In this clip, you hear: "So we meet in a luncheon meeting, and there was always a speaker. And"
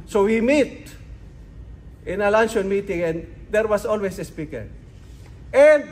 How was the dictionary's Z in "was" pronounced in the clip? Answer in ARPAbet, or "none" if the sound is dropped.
S